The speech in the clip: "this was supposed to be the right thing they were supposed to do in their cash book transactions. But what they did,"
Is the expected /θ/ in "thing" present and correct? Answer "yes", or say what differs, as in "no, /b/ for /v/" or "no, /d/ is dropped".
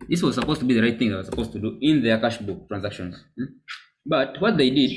yes